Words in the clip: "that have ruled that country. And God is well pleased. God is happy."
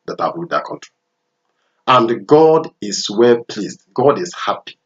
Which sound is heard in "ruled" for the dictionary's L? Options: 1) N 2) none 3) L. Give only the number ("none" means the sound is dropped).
2